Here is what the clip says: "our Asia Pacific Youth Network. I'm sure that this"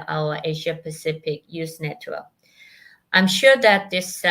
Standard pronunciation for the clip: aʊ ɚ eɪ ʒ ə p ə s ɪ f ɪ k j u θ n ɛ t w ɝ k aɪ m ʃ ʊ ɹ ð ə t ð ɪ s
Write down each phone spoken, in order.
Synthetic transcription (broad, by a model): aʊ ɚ eɪ ʒ ə p ə s ɪ f ɪ k j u s n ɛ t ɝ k aɪ m ʃ ʊ ɹ ð ə t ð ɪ s